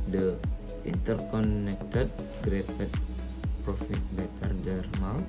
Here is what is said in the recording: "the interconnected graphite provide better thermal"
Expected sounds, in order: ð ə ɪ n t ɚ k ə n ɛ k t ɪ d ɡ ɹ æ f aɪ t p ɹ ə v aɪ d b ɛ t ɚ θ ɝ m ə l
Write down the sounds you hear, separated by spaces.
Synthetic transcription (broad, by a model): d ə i n t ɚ k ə n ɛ k t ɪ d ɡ ɹ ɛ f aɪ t p ɹ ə f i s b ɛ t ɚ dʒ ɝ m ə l